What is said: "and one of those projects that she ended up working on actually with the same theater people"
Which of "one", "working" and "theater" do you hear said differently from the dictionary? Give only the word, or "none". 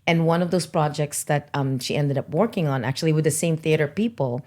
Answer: none